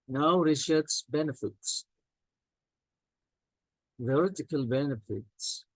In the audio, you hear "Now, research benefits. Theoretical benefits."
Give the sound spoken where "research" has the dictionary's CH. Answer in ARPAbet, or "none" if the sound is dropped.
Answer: S